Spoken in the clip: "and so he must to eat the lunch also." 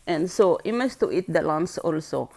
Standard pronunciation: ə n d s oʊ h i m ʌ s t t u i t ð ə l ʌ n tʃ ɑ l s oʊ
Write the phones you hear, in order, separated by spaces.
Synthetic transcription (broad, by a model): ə n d s oʊ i m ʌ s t t u i t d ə l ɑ n s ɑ l s oʊ